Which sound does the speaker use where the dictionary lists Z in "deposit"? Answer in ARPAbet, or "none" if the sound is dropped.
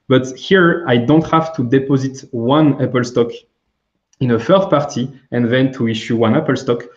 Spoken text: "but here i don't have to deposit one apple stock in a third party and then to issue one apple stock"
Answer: Z